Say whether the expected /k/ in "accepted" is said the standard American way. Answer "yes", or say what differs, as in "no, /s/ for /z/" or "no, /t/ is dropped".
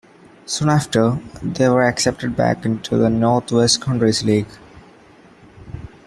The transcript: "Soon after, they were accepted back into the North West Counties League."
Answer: yes